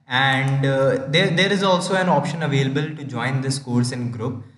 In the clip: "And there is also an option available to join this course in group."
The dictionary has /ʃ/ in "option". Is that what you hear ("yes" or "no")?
yes